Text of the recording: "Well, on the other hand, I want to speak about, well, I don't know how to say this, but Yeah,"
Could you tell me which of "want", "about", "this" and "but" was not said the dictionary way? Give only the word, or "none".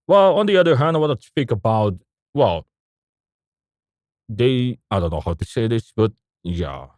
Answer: want